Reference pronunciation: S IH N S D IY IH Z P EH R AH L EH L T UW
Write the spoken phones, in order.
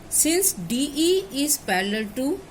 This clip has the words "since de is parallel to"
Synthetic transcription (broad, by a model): S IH N S D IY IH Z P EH L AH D T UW